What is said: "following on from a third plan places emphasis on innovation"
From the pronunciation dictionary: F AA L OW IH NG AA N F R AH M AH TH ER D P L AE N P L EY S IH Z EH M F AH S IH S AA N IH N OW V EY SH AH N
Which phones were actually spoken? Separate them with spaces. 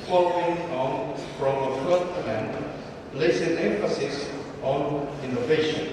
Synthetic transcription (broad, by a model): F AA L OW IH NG AA N F R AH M AH F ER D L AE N L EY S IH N EH M F AH S IH S AA N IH N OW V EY SH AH N